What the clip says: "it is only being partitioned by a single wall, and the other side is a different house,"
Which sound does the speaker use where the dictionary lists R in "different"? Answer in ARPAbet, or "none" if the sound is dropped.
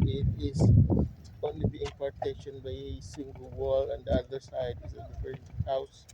none